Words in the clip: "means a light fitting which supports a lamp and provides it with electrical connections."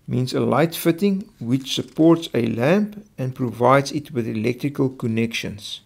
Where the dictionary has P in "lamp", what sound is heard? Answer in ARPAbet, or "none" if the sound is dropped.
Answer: P